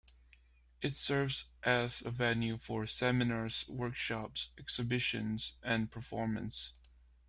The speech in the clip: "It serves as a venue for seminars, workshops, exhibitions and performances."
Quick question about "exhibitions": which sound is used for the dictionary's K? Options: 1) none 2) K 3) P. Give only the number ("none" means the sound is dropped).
2